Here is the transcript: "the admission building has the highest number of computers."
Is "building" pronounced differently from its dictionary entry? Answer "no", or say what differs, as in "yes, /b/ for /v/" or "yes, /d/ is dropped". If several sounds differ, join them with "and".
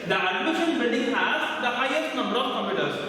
yes, /n/ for /l/